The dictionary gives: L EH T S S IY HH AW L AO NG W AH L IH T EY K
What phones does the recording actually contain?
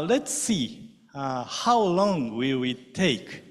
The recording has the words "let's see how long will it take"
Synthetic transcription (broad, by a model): L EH T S S IY HH AW L AO NG W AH W IH T EY K